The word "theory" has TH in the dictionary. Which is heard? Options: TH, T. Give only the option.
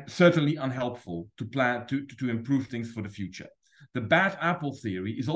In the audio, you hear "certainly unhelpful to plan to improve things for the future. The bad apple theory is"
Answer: TH